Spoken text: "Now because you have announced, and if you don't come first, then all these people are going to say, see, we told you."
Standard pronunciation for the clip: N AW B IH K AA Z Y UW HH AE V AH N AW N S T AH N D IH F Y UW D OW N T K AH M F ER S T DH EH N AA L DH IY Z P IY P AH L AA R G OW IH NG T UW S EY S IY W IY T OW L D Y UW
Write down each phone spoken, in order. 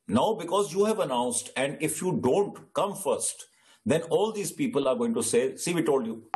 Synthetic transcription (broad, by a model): N AW B IH K AA Z Y UW HH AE V AH N AW N S T AH N D IH F Y UW D OW N T K AH M F ER S T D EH N AA L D IY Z P IY P AH L AA R G OW IH NG T UW S EY S IY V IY T OW L D Y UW